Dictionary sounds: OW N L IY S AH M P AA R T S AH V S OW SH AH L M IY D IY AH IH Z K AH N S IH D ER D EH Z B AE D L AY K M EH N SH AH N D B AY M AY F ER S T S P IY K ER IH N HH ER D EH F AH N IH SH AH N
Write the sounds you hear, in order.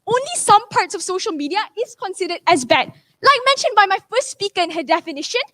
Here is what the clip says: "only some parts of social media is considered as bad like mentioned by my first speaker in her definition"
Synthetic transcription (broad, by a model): OW N L IY S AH M P AA R T S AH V S OW SH AH L M IY D IY AH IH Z K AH N S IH D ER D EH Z B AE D L AY K M EH N SH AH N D B AY M AY F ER S T S P IY K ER IH N HH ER D EH F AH N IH SH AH N